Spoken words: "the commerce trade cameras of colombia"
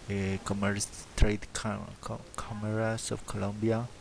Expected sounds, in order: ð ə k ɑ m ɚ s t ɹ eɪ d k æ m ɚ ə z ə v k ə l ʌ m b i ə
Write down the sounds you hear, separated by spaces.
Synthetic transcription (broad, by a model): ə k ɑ m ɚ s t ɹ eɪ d k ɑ m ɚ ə s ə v k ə l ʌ m b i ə